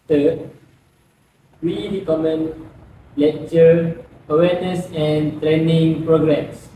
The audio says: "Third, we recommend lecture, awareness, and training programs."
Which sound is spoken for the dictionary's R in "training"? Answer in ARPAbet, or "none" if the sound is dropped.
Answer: R